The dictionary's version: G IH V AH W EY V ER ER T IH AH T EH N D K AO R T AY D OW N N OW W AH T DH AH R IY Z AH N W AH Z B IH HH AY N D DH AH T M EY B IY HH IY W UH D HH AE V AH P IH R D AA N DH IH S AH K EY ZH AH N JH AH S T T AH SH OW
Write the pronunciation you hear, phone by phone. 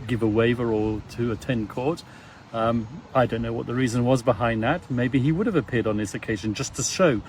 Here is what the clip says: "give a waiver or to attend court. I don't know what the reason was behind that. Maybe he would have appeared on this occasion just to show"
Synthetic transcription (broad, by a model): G IH V AH W EY V ER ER T IH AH T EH N K AO R T AY D OW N N OW W AH T DH AH R IY Z AH N W AH Z B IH HH AY N DH AH T M EY B IY IY W UH D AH V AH P IH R D N DH IH S AH K EY ZH AH N JH AH S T T AH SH OW